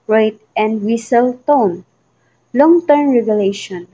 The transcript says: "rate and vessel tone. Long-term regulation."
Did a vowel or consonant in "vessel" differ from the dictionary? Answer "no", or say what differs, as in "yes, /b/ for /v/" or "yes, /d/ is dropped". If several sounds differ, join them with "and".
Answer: yes, /w/ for /v/